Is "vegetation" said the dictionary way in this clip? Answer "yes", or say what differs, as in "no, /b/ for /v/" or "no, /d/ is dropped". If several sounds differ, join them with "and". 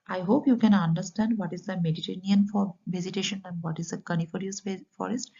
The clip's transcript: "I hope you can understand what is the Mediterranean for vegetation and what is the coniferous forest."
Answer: no, /z/ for /dʒ/